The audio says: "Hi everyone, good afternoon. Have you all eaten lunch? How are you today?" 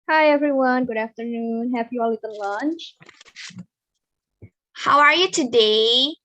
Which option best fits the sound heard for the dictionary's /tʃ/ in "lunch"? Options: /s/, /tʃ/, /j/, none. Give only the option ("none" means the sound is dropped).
/tʃ/